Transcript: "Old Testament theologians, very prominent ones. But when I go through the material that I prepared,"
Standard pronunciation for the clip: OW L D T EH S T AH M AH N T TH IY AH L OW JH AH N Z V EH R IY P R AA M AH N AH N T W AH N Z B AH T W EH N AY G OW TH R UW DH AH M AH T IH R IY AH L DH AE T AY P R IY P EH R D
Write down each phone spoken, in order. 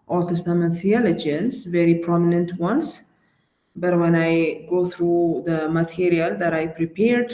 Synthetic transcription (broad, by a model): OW L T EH S T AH M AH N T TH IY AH L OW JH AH N S V EH R IY P R AA M AH N AH N T W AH N S B AH T W EH N AY G OW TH R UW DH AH M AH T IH R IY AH L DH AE T AY P R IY P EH R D